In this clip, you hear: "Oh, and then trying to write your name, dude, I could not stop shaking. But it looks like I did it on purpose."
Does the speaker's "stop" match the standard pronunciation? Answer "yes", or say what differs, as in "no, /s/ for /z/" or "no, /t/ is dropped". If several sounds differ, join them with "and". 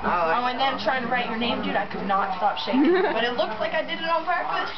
yes